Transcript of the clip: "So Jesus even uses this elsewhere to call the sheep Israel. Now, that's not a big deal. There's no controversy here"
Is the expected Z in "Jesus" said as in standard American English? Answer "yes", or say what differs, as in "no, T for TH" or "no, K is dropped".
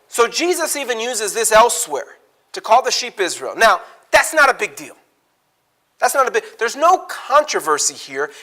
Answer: yes